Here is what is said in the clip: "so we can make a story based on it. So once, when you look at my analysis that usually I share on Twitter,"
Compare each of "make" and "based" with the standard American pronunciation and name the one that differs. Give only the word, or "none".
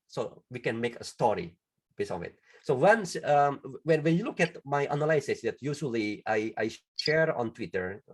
based